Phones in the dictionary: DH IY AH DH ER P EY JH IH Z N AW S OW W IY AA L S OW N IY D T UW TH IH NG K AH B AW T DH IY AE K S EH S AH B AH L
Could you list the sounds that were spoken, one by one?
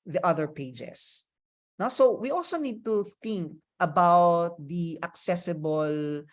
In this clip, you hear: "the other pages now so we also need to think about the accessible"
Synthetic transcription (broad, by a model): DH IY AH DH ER P EY JH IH S N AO S OW W IY AA L S OW N IY D T UW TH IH NG K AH B AW T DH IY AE K S EH S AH B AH L